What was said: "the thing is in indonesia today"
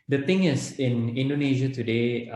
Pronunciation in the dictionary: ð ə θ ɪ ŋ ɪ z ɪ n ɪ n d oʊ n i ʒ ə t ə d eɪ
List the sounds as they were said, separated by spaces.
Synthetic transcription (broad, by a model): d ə t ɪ ŋ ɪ s ɪ n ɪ n d oʊ n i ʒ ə t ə d eɪ